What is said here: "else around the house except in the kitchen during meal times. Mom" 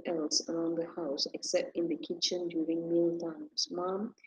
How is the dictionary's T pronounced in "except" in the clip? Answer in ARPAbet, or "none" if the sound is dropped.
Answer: T